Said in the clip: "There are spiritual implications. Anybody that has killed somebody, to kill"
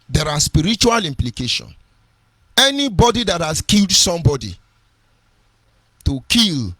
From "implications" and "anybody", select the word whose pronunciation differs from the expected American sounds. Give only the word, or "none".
implications